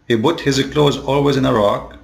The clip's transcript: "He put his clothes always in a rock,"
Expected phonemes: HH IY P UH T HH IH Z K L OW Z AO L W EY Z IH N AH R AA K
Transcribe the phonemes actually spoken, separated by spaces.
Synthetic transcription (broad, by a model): HH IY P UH T HH IH Z K L OW Z AO L W EY Z IH N AH R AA K